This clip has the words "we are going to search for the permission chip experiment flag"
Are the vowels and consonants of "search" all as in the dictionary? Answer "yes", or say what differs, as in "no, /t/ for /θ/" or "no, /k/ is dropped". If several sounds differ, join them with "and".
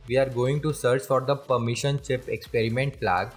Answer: yes